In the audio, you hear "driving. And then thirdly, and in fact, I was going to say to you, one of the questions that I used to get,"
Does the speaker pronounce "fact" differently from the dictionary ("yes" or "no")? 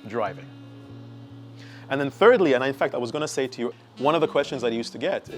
no